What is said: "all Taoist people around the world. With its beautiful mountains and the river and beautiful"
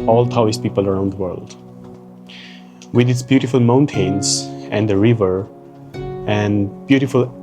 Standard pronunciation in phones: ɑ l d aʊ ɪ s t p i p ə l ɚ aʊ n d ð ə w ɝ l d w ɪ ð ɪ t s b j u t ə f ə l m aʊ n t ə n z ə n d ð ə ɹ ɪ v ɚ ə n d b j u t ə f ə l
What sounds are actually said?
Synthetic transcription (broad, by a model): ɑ l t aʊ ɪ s p i p ə l ɚ aʊ n d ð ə w ɝ l d w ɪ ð ɪ t s b j u t ə f ə l m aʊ n t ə n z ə n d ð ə ɹ ɪ v ɚ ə n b j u t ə f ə l